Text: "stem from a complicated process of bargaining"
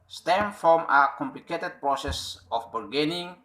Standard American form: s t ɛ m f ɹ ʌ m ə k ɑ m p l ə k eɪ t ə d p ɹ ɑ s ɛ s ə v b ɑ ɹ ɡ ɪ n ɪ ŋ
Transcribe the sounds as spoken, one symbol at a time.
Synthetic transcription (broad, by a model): s t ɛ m f ɹ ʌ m ə k ɑ m p l ə k eɪ t ə d p ɹ ɑ s ɛ s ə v b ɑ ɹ ɡ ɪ n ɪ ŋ